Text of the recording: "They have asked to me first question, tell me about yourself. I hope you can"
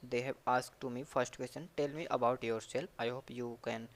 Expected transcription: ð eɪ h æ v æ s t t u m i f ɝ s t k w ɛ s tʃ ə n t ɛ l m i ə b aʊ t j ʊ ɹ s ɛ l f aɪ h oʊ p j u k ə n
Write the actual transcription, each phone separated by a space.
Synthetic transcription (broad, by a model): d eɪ h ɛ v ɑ s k t u m i f ɝ s t k w ɛ s tʃ ə n t ɛ l m i ə b aʊ t j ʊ ɹ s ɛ l p aɪ h oʊ p j u k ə n